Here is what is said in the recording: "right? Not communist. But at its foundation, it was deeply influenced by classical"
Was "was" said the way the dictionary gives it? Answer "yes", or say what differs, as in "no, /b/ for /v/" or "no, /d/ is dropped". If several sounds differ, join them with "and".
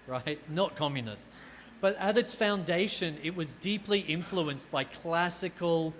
yes